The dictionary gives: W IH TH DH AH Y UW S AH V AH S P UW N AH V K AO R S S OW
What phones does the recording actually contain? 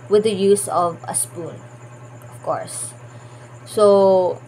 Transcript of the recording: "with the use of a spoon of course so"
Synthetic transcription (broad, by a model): W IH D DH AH Y UW S AH V AH S P UW N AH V K AO R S S OW